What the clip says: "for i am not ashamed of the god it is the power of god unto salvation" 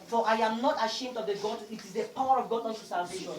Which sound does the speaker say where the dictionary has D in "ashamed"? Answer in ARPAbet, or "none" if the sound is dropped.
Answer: D